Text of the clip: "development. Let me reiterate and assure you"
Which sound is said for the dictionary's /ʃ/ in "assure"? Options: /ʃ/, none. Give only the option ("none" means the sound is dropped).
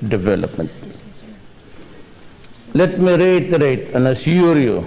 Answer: none